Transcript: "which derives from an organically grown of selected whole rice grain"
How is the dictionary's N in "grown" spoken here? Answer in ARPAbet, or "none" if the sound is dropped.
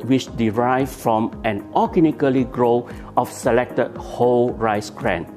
none